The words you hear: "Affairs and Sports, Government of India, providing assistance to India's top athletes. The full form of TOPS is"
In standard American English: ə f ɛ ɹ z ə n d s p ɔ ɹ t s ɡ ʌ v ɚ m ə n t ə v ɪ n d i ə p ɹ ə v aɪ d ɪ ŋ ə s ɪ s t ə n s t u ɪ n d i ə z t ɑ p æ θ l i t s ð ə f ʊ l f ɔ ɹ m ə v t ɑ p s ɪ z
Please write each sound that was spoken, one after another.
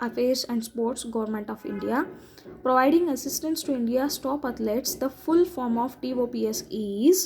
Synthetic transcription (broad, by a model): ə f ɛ ɹ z ə n d s p ɔ ɹ t s ɡ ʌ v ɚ m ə n t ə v ɪ n d i ə p ɹ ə v aɪ d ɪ ŋ ə s ɪ s t ə n s t u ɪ n d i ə s t ɑ p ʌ t l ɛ t s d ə f ʊ l f ɔ ɹ m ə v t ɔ p s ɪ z